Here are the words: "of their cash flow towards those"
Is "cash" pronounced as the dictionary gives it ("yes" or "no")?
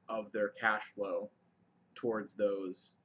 yes